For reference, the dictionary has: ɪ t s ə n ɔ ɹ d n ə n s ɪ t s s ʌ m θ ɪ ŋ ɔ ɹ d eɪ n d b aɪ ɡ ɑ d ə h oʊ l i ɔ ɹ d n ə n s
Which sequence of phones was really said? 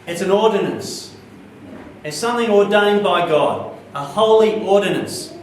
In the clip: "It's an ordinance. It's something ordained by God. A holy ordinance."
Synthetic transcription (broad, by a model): ɪ t s ə n ɔ ɹ d n ə n s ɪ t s s ʌ m θ ɪ ŋ ɔ ɹ d eɪ n b aɪ ɡ ɑ d ə h oʊ l i ɔ ɹ d n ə n s